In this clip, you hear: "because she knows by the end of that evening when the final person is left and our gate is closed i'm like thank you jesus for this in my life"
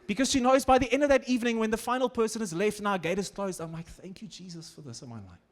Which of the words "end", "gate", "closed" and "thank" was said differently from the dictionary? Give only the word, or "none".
none